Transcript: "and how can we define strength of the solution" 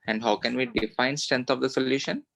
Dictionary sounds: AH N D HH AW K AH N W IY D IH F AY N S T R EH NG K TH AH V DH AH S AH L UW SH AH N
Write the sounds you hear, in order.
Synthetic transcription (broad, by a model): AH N D HH AW K AH N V IY D IH F AY N S T R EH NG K T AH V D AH S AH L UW SH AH N